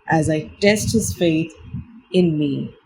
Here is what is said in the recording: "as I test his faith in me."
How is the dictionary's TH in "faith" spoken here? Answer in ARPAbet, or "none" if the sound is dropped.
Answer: TH